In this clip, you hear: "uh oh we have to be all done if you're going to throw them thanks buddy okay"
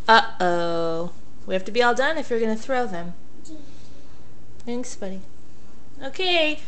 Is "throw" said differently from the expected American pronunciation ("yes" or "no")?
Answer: no